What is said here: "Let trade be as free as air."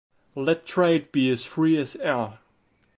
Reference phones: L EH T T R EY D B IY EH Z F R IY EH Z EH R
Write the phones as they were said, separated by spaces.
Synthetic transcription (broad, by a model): L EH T T R EY D B IY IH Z F R IY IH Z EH L